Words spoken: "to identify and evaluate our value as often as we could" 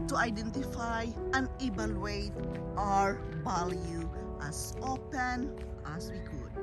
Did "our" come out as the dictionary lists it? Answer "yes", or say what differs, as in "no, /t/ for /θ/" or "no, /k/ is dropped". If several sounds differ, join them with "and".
yes